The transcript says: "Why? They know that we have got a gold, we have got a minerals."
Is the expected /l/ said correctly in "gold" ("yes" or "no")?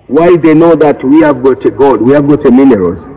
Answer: no